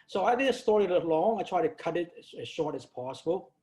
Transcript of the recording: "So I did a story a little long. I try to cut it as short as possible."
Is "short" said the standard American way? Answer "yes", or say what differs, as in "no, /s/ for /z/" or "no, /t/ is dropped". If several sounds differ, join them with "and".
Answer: yes